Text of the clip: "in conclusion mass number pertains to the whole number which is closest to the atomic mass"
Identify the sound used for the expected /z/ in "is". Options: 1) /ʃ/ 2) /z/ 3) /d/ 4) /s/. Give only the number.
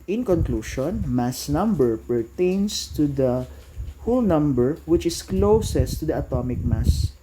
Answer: 4